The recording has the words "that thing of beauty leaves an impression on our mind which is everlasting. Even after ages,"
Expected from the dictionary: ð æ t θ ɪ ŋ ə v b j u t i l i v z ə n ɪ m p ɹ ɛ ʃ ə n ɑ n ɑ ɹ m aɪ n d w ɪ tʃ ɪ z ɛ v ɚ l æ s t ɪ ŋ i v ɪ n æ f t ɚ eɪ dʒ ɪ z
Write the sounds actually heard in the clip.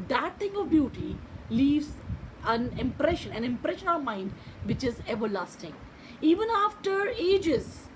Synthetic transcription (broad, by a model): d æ t t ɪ ŋ ə v b j u t i l i v z ə n ɪ m p ɹ ɛ ʃ ə n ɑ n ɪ ɹ m aɪ n d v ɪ tʃ ɪ z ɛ v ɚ l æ s t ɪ ŋ i v ɪ n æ f t ɚ eɪ dʒ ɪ z